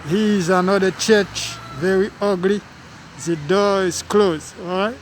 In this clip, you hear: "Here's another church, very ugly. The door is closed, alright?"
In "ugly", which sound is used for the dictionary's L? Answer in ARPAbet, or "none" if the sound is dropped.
L